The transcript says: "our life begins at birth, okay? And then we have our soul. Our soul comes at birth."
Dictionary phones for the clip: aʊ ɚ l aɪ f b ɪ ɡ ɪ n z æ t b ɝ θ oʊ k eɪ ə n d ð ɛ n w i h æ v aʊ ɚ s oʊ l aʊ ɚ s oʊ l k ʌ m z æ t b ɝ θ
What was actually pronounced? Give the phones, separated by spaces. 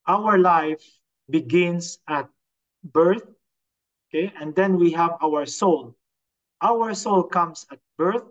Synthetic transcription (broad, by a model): aʊ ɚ l aɪ f b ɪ ɡ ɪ n s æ t b ɝ θ oʊ k eɪ ə n d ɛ n w i h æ v aʊ ɚ s oʊ l aʊ ɚ s oʊ l k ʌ m s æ t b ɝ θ